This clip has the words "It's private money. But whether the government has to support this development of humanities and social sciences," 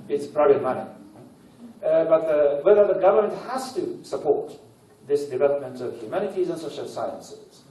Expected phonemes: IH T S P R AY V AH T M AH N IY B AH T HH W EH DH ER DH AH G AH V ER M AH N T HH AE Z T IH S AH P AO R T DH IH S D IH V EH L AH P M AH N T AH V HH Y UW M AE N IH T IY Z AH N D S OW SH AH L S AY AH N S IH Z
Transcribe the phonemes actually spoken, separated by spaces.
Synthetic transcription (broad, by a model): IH T S P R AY B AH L M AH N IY B AH T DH W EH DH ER DH AH G AH V ER M AH N T HH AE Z T IH S AH P AO R T DH IH S D IH V EH L AH P M AH N T AH V HH Y UW M AE N IH T IY Z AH N S OW SH AH L S AY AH N S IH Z